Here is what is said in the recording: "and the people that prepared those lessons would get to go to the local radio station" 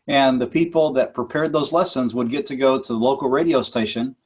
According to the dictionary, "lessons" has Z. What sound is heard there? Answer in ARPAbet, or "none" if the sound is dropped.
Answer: Z